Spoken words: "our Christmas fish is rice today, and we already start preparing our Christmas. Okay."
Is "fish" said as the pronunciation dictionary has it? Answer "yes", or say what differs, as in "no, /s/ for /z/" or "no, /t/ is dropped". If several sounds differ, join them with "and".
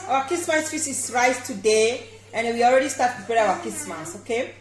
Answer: no, /s/ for /ʃ/